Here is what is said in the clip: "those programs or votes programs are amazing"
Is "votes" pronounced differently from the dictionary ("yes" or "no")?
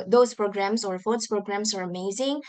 yes